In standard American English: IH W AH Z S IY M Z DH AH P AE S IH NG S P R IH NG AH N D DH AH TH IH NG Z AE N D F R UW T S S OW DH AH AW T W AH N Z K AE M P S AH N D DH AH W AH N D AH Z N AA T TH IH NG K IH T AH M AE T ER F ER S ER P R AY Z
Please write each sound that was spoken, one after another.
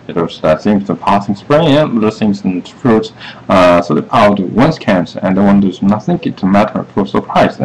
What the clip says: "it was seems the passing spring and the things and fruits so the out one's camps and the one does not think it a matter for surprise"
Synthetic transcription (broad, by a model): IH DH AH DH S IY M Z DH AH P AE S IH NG S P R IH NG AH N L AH S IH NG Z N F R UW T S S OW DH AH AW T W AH N S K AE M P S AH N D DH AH W AH N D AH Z N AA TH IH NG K IH T AH M AE T ER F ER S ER P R AY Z